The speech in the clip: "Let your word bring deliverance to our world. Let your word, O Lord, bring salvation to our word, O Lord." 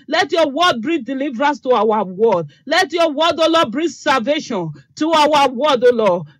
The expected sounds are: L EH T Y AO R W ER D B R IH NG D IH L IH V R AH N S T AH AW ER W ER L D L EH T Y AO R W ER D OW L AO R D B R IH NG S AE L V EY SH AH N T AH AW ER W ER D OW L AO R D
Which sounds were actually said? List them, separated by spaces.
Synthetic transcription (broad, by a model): L EH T Y AO W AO D B R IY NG D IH L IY V R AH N S T AH AW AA W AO D L EH T Y AO W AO D OW L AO B R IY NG S AE L V EY SH AH N T AH AW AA W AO D OW L AO